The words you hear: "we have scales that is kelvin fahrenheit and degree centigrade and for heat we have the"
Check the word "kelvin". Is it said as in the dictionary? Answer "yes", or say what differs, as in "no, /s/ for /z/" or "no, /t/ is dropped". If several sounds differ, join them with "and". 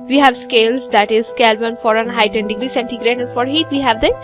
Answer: no, /b/ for /v/